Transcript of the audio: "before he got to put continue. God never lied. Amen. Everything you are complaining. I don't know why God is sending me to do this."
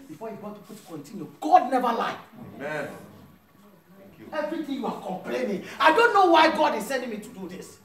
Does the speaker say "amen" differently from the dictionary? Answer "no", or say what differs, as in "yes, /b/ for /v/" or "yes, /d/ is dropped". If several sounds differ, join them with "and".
yes, /m/ is dropped and /n/ is dropped